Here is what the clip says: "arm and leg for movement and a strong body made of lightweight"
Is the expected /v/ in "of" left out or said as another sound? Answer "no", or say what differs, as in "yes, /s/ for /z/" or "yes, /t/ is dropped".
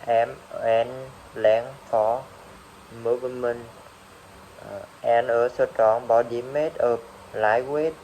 yes, /p/ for /v/